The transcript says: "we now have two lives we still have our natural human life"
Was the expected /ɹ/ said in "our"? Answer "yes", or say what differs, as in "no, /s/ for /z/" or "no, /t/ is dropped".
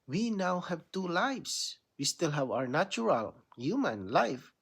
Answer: yes